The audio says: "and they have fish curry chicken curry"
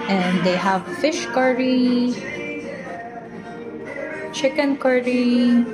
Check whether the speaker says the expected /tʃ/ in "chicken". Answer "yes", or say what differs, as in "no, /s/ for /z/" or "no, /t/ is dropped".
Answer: yes